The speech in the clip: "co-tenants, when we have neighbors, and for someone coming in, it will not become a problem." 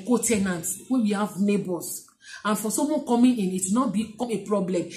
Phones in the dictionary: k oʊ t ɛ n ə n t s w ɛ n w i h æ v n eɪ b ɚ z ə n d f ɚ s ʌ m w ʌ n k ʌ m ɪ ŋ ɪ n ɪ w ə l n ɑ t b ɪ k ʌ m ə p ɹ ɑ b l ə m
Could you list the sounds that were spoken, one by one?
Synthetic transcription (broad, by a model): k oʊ t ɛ n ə n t w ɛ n w i h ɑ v n eɪ b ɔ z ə n f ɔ s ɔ m w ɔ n k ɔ m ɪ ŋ ɪ n ɪ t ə n ɑ t b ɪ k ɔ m ə p ɹ ɑ b l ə m